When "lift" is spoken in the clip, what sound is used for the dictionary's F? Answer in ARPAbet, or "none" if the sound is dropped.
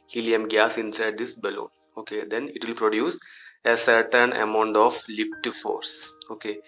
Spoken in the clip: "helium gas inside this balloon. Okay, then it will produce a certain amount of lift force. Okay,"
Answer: P